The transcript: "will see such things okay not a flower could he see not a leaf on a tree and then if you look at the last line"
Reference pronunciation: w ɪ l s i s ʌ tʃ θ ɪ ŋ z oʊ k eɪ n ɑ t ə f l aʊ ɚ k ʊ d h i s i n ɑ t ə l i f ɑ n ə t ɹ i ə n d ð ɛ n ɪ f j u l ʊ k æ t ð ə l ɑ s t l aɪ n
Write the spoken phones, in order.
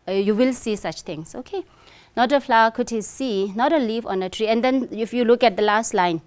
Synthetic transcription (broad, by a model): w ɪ l s i s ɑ tʃ t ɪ ŋ s oʊ k eɪ n ɑ t ə f l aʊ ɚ k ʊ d h i s i n ɑ t ə l i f ɑ n ə t ɹ i ə n d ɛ n ɪ f j u l ʊ k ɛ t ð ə l ɑ s t l aɪ n